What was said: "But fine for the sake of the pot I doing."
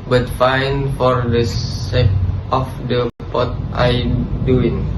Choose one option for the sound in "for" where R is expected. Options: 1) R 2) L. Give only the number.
1